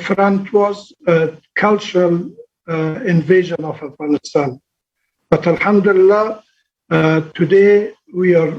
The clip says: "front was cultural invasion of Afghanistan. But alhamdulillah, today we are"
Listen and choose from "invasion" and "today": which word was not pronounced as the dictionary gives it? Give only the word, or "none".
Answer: none